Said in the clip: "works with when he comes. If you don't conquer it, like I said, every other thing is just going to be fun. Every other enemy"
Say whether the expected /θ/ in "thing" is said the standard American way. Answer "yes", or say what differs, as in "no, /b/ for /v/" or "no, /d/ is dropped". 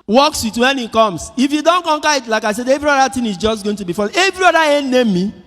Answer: no, /t/ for /θ/